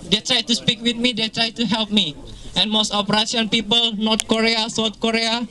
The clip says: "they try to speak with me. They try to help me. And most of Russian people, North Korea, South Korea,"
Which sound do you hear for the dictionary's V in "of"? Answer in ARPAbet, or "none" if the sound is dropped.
P